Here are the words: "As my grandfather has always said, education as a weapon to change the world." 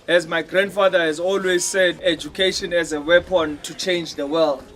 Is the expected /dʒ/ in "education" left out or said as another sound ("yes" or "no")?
no